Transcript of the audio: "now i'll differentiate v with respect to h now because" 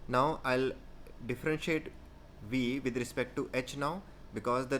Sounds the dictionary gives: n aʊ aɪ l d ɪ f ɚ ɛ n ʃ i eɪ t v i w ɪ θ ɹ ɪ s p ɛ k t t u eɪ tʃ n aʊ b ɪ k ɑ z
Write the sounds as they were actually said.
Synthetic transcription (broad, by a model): n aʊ aɪ l d ɪ f ɚ ɛ n ʃ i eɪ t v i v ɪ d ɹ ɪ s p ɛ k t t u eɪ tʃ n aʊ b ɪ k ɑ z